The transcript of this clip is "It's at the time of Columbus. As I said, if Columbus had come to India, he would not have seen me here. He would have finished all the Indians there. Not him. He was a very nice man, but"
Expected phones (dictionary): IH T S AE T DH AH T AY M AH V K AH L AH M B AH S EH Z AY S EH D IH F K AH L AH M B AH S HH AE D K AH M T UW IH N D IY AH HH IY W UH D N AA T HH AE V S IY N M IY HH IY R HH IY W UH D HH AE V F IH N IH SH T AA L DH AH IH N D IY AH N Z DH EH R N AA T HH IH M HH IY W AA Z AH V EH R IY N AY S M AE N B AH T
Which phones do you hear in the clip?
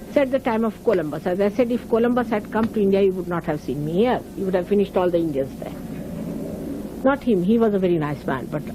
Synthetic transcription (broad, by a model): S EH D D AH T AY M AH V K AH L AH M B AH S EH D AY S EH D IH F K AH L AH M B AH S HH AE D K AH M T UW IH N D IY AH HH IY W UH D N AA T HH AE V S IY N M IY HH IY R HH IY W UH D HH AE V F IH N IH SH T AA L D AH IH N D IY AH N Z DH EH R N AA T HH IH M HH IY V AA Z AH V EH R IY N AY S M AE N B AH T